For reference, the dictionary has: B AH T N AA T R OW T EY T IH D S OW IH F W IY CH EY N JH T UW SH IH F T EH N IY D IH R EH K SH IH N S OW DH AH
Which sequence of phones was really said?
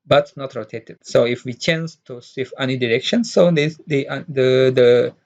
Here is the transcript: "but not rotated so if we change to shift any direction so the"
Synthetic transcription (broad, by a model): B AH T N AA T R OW T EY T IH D S OW IH F W IY CH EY N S T UW S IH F EH N IY D IH R EH K SH IH N S OW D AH